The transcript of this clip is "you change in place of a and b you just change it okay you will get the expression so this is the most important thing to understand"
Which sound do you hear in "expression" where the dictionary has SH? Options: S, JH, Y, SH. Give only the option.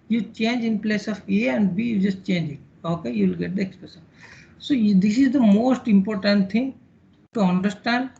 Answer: S